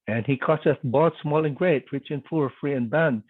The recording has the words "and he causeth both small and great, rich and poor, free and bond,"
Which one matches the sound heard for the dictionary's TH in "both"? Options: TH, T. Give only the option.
T